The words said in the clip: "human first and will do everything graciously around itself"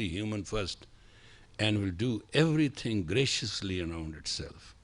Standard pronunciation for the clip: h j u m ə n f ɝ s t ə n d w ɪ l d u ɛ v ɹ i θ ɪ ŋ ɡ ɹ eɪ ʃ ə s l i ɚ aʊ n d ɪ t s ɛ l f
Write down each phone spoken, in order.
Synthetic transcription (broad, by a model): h j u m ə n f ɝ s t ə n d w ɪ l d u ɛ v ɹ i t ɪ ŋ ɡ ɹ eɪ ʃ ə s l i ɚ aʊ n d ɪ t s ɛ l f